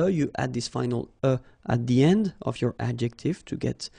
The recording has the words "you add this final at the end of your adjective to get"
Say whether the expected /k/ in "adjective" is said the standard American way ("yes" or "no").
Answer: yes